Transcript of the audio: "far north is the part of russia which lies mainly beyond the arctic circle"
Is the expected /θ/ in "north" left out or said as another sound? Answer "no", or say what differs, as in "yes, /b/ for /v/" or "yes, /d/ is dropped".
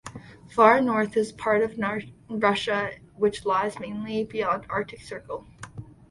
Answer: no